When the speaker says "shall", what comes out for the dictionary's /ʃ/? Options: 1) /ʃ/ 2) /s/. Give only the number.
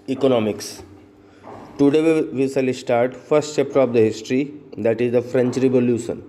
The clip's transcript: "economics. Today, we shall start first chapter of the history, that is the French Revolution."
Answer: 2